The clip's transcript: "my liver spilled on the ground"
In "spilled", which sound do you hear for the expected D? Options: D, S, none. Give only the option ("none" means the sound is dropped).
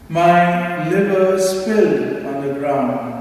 none